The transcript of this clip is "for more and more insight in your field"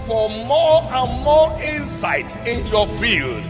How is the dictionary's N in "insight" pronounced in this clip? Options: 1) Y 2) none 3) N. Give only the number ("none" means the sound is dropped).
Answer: 3